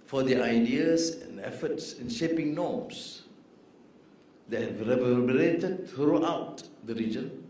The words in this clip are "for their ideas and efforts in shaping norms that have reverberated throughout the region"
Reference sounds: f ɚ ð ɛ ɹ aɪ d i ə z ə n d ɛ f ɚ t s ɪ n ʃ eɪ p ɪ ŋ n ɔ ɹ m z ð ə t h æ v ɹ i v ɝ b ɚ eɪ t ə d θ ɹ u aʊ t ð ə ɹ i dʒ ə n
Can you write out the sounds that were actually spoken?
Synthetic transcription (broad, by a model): f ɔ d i aɪ d i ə s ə n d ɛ f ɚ t s ɪ n ʃ eɪ p ɪ ŋ n ɔ m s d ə t h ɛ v ɹ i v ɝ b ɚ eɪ t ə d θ ɹ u aʊ t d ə ɹ i dʒ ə n